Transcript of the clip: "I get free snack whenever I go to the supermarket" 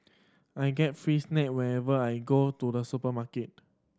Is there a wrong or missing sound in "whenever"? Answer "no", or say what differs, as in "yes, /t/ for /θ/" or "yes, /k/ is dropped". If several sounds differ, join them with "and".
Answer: yes, /n/ is dropped